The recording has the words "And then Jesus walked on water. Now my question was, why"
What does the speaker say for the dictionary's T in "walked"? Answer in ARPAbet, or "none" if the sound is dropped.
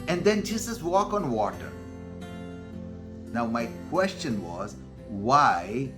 none